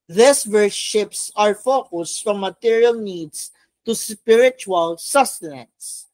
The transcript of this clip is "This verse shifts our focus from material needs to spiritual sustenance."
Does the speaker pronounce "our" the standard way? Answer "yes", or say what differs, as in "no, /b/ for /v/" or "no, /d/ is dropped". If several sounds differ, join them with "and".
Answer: yes